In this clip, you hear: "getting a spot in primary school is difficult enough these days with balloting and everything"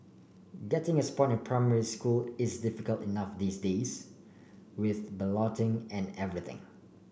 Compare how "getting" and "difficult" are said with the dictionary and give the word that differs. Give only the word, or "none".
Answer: none